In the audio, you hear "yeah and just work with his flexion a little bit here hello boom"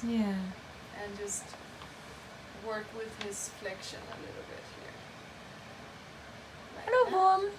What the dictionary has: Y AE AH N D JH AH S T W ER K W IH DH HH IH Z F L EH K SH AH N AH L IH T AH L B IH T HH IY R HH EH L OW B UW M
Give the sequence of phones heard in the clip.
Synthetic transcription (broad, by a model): Y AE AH N JH AH S T W ER K W IH DH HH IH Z F L EH K SH AH N AH L IH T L B IH T HH IY R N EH UH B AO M